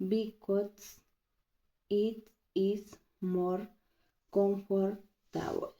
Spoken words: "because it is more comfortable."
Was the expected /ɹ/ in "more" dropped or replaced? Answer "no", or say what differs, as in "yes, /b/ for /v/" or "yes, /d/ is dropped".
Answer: no